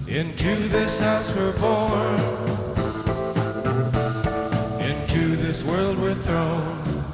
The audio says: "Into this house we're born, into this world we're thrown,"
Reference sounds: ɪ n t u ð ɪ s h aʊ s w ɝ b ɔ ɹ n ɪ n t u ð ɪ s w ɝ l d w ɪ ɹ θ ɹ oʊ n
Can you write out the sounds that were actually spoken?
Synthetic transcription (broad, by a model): ɪ n t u ð ɪ s h aʊ s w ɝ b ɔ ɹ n ɪ n t u ð ɪ s w ɝ l d w ɪ ɹ θ ɹ oʊ n